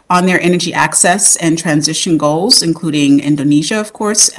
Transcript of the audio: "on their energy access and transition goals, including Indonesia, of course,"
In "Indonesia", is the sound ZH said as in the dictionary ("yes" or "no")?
yes